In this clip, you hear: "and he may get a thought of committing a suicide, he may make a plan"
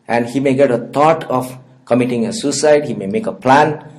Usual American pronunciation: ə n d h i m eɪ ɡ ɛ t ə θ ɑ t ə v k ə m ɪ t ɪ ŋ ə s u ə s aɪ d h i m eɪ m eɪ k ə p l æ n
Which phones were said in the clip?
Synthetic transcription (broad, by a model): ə n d h i m eɪ ɡ ɛ t ə t ɑ t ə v k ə m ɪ t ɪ ŋ ə s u s aɪ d h i m eɪ m eɪ k ə p l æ n